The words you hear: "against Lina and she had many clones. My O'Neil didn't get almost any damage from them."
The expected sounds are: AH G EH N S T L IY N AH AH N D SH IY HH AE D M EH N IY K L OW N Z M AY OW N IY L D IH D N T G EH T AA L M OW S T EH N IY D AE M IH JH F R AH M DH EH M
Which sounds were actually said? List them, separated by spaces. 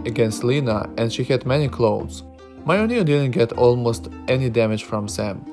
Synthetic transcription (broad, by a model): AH G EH N S T L IY N AH AH N D SH IY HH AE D M EH N IY K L OW Z M AY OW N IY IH D IH D N T G EH T AA L M OW S T EH N IY D AE M IH JH F R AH M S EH M